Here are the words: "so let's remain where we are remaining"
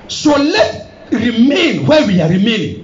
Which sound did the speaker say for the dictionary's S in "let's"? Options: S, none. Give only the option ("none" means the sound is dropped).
none